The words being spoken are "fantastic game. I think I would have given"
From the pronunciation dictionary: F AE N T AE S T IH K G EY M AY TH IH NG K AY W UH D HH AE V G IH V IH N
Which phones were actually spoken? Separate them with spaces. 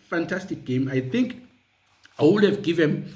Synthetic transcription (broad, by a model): F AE N T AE S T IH K G EY M AY TH IH NG K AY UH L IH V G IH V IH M